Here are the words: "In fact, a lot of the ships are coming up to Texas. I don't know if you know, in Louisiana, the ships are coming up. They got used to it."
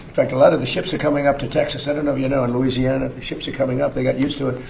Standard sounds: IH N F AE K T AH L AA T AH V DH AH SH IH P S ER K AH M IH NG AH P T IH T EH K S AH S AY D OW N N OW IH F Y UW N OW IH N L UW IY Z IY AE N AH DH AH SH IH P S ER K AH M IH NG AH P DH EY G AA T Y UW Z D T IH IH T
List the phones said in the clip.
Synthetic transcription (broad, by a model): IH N F AE K T AH L AA T AH V DH AH SH IH P S ER K AH M IH NG AH P T IH T EH K S AH S AY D OW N N OW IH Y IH N OW IH N L UW IY Z IY AE N AH DH AH SH IH P S ER K AH M IH NG AH P DH EY G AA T Y UW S T IH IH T